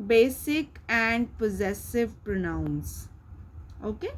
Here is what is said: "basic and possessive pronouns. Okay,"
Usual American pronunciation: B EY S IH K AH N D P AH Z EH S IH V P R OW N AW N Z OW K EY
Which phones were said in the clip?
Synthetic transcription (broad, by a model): B EY S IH K AH N D P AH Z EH S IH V P R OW N AW N S OW K EY